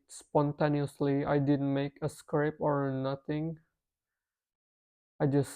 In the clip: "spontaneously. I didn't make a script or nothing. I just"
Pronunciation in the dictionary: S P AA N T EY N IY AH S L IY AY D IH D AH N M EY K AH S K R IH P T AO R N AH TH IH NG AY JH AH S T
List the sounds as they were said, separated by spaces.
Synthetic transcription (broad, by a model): S P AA N T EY N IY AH S L IY AY D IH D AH N M EY K AH S K R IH P AO R N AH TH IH NG AY JH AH S